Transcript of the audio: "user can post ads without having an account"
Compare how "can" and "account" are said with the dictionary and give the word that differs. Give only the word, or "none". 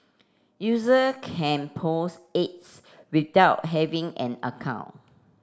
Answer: account